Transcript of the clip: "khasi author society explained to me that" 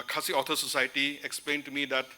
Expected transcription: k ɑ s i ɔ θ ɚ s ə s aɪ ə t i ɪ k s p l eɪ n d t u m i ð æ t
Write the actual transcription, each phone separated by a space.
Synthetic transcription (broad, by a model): k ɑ s i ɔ t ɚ s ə s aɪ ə t i ɪ k s p l eɪ n d t u m i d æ t